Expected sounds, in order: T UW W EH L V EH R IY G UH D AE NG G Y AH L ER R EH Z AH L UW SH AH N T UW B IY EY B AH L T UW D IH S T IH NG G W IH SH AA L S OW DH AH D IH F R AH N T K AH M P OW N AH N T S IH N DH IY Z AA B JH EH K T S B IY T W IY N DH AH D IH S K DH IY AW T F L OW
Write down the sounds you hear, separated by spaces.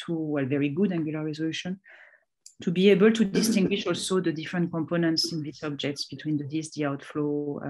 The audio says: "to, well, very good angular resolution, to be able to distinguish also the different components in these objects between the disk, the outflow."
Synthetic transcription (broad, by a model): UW W EH L V EH R IY G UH D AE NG G Y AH L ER R EH Z AH L UW SH AH N T UW B IY EY B AH L T UW D IH S T IH NG G W IH SH AA L S OW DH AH D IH F R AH N T K AH M P OW N AH N T S IH N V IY S AA B JH EH K T S B IY T W IY N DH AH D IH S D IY AW T F L OW